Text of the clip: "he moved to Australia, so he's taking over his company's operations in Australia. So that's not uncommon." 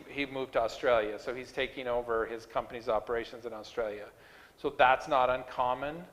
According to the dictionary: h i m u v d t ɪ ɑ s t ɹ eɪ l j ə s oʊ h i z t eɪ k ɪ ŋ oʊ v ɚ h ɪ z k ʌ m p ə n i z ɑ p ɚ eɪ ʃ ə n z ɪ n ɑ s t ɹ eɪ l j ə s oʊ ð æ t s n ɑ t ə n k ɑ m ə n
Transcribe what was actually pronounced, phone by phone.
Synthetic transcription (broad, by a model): h i m u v t ɪ ɑ s t ɹ eɪ l j ə s oʊ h i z t eɪ k ɪ ŋ oʊ v ɚ ɪ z k ʌ m p ə n i z ɑ p ɚ eɪ ʃ ə n z ɪ n ɑ s t ɹ eɪ l j ə s oʊ ð æ t s n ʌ t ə n k ɑ m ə n